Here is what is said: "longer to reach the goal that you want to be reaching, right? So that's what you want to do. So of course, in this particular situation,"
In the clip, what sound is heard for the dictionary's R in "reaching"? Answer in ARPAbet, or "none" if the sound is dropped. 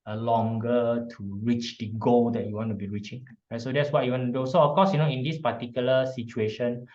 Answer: R